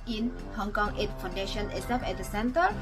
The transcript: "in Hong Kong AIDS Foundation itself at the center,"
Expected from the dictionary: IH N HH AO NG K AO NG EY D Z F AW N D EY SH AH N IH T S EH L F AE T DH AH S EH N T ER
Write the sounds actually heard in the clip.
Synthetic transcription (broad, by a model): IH N HH AO NG K AO NG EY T F AW N D EY SH AH N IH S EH F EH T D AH S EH N T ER